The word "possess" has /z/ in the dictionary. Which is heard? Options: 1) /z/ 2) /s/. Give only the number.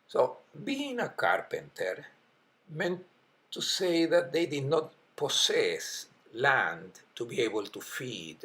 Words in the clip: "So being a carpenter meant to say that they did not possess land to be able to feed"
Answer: 2